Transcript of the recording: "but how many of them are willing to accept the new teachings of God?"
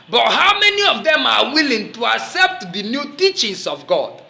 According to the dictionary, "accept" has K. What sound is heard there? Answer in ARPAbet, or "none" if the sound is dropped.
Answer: K